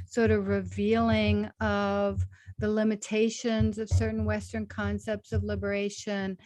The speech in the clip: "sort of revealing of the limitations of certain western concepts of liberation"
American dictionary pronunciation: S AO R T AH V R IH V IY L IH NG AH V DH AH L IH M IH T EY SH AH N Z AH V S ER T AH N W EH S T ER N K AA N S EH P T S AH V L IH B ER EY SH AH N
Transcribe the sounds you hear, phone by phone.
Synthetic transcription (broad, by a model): S AO R T AH V R IH V IY L IH NG AH V DH AH L IH M IH T EY SH AH N Z AH V S ER T N W EH S T ER N K AA N S EH P T S AH V L IH B ER EY SH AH N